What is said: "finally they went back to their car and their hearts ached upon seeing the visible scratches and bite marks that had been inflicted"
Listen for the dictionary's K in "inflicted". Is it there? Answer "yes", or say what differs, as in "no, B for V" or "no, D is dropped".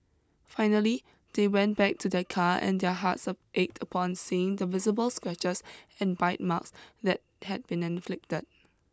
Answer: yes